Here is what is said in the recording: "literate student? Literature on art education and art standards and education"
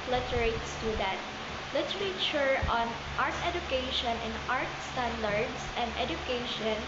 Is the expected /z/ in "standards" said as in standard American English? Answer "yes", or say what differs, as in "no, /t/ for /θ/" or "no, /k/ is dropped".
no, /s/ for /z/